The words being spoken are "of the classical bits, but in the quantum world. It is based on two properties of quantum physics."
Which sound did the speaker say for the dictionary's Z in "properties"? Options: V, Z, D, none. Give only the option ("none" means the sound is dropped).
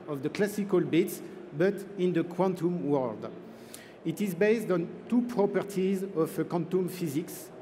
Z